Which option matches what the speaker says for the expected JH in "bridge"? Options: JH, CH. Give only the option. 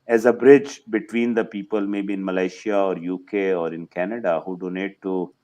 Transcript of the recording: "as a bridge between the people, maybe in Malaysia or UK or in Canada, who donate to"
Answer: JH